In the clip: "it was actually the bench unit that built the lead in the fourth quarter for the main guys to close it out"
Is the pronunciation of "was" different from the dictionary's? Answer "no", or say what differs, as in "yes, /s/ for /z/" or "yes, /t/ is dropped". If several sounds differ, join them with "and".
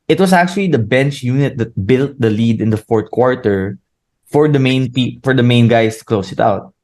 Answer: yes, /s/ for /z/